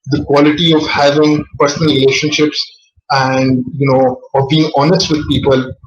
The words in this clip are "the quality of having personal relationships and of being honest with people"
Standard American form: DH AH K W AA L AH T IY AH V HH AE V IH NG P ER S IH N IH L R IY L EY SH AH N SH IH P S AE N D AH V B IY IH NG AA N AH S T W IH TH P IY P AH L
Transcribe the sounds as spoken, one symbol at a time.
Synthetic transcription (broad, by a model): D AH K W AA L AH T IY AH V HH AE V IH NG P ER S IH N IH L R IY L EY SH AH N SH IH P S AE N D AH V B IY IH NG AA N AH S T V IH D P IY P AH L